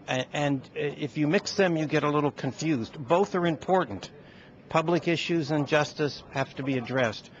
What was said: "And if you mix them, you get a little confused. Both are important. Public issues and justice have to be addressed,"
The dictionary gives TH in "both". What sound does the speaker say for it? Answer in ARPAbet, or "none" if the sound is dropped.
TH